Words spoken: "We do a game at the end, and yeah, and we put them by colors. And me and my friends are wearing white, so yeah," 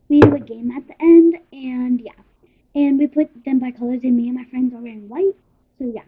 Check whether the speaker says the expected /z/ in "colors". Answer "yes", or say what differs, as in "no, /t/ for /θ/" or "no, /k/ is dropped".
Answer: yes